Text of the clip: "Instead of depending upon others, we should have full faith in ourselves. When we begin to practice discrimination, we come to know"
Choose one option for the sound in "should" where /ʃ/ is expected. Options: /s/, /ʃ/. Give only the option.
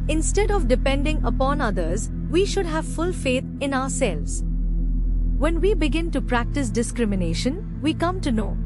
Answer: /ʃ/